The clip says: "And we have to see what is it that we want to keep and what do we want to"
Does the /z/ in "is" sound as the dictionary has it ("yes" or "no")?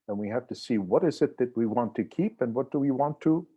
yes